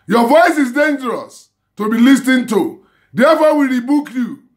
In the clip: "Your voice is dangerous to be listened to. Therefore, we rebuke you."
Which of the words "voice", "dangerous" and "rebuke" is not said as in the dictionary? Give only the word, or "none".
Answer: none